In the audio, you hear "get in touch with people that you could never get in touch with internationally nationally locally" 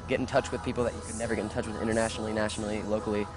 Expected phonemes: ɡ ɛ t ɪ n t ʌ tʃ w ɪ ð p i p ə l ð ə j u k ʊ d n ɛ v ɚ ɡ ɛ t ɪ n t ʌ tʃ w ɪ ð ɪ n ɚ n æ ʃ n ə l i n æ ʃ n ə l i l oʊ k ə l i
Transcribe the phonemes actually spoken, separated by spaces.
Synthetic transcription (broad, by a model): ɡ ɛ t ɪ n t ʌ tʃ w ɪ ð p i p l ð ə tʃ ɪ k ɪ d n ɛ v ɚ ɡ ɛ t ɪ n t ʌ tʃ w ɪ ð ɪ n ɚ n æ ʃ n l i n æ ʃ n l i l oʊ k l i